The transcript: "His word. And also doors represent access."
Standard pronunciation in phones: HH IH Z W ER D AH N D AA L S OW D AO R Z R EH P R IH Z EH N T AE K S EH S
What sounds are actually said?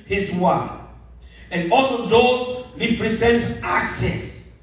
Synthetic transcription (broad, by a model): HH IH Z W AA AH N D AA L S OW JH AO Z R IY P R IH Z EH N T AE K S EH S